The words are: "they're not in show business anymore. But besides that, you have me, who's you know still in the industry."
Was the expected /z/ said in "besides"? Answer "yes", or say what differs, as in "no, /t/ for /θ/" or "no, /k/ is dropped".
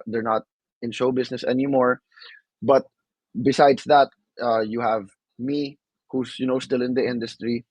no, /s/ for /z/